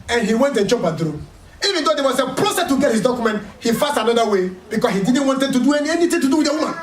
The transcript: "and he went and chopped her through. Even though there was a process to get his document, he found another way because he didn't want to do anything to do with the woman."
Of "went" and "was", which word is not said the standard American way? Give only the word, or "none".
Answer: was